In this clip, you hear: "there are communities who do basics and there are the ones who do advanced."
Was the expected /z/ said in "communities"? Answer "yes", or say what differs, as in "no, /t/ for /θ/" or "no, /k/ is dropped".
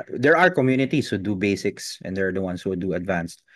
no, /s/ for /z/